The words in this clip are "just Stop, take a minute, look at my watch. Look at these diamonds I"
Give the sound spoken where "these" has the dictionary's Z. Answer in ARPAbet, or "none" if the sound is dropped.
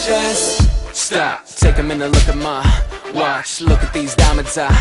Z